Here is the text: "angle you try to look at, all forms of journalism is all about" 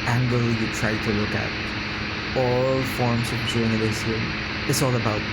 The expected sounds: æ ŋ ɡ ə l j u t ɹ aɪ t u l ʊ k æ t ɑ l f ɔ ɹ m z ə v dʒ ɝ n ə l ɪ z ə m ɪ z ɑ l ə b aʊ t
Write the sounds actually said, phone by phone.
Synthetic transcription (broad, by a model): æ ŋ ɡ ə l j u t ɹ aɪ t u l ʊ k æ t ɑ l f ɔ ɹ m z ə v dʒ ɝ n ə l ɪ s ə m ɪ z ɑ l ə b aʊ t